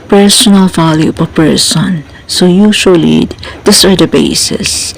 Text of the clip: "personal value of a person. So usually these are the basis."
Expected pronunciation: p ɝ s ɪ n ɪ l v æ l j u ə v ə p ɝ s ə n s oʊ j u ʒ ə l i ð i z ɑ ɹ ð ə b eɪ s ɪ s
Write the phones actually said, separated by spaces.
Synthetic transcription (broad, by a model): p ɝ s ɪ n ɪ l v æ l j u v ə p ɝ s ə n s oʊ j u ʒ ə l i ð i s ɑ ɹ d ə b eɪ s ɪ s